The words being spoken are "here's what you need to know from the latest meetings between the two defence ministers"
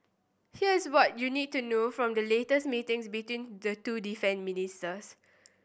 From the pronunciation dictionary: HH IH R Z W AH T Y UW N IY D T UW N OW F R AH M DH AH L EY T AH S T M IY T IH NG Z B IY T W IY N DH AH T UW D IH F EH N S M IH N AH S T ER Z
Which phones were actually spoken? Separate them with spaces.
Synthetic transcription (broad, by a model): HH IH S W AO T Y UW N IY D T UW N OW F R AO M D AH L EY T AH S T M IY T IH NG S B IY T W IY N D AH T UW D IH F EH N M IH N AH S T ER S